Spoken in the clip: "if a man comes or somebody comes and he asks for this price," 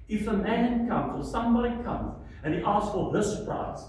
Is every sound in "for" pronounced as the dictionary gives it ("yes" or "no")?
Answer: no